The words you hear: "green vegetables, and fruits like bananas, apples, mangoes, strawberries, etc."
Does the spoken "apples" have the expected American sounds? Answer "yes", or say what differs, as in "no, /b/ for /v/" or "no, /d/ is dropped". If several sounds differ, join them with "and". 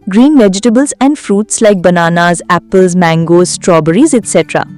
yes